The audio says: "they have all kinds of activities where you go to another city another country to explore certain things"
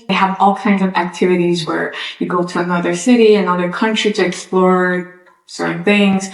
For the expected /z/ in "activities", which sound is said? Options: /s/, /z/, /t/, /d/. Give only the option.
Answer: /z/